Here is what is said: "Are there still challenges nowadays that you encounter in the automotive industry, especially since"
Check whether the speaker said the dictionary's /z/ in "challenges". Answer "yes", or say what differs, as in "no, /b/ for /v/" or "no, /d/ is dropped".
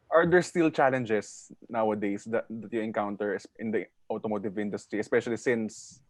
no, /s/ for /z/